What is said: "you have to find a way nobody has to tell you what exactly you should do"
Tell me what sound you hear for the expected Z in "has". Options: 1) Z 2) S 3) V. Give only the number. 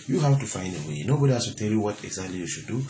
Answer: 2